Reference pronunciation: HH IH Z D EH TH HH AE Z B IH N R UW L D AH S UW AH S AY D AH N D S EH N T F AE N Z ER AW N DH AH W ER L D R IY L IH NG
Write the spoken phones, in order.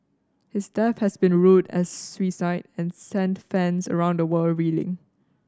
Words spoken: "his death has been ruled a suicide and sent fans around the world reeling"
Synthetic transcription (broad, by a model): HH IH S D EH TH HH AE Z B IH N R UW D AH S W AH S AY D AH N S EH N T F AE N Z ER AW N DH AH W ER L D R IY L IH NG